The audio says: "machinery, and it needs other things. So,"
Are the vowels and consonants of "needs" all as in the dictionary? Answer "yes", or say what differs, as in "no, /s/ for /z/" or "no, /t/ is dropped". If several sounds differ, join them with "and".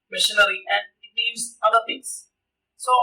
no, /l/ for /n/